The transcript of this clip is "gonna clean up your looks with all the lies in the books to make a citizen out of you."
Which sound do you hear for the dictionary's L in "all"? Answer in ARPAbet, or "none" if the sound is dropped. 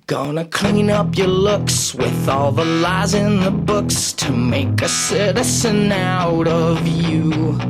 L